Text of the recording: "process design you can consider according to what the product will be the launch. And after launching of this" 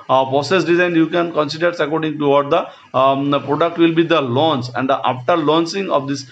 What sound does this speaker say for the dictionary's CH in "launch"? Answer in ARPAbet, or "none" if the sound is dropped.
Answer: S